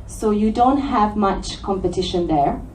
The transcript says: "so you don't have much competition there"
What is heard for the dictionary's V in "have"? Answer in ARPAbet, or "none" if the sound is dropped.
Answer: V